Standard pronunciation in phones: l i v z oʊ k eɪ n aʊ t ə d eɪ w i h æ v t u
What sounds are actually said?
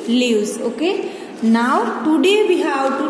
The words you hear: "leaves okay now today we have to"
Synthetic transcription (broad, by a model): l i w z oʊ k eɪ n aʊ t ə d eɪ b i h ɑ w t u